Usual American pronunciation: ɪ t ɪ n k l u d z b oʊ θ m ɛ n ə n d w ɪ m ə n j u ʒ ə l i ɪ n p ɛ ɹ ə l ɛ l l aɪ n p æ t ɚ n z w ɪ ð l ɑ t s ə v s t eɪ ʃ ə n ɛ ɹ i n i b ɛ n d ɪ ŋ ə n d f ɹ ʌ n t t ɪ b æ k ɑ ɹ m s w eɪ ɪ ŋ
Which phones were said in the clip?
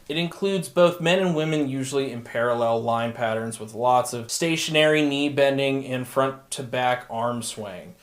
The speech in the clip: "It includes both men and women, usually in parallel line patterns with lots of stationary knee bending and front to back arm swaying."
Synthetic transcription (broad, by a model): ɪ t ɪ n k l u d z b oʊ θ m ɛ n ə n w ɪ m ə n j u ʒ l i ɪ n p ɛ ɹ ə l ɛ l l aɪ n p æ t ɚ n z w ɪ ð l ɑ t s ə v s t eɪ ʃ ə n ɛ ɹ i n i b ɛ n d ɪ ŋ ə n f ɹ ʌ n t t ɪ b æ k ɑ ɹ m s w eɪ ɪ ŋ